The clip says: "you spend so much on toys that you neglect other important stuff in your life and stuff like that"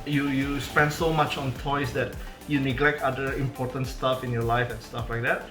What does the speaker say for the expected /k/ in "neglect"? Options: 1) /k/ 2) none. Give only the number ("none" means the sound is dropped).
1